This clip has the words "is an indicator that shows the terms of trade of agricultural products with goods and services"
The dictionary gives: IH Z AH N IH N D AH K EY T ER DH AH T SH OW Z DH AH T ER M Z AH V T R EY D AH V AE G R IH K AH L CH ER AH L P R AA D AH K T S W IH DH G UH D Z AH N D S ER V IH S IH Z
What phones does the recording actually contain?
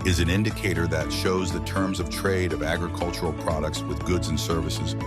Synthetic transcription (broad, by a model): IH Z AH N IH N D AH K EY T ER DH AH T SH OW Z DH AH T ER M Z AH V T R EY D AH V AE G R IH K AH L CH ER L P R AA D AH K T S W IH DH G UH D Z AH N S ER V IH S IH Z